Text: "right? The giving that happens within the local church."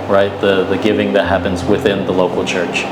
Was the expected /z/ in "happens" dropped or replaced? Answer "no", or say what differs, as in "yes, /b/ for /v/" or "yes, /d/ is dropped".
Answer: no